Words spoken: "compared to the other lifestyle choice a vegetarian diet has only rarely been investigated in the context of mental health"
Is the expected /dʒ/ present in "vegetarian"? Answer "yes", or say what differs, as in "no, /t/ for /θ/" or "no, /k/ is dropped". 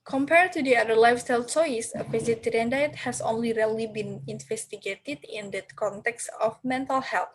no, /z/ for /dʒ/